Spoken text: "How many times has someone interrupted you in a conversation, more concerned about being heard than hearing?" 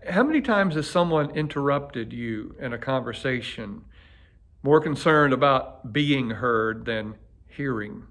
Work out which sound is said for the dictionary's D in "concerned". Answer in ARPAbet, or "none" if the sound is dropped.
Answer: D